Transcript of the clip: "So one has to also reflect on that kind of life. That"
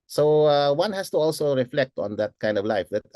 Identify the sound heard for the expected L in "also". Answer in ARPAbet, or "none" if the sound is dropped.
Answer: L